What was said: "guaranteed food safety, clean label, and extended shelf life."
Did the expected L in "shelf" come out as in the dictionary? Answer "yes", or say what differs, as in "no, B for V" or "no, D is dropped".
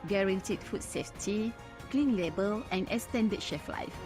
no, L is dropped